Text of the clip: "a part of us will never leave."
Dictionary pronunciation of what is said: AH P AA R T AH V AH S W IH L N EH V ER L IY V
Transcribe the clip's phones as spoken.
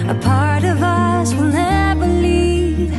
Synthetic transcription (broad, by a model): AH P AA R T AH V AH S W IH L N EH B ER L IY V